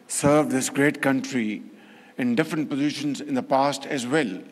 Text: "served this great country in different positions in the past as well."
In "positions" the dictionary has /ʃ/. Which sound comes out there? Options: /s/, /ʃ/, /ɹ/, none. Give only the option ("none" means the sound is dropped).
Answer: /ʃ/